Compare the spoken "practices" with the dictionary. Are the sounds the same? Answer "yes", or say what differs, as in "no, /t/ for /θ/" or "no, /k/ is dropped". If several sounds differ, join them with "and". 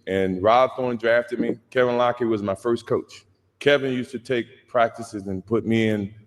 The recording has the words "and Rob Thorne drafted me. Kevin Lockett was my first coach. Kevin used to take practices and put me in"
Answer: yes